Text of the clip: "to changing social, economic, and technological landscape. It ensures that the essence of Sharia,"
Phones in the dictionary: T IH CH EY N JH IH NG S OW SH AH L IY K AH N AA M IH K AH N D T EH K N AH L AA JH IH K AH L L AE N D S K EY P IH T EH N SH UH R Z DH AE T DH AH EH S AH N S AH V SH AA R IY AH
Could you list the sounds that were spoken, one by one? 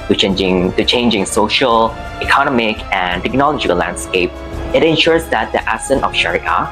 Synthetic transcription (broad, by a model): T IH CH EY N JH IH NG S OW SH AH L IY K AH N AA M IH K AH N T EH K N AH L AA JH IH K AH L L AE N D S K EY P IH T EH N SH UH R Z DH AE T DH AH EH S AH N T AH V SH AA R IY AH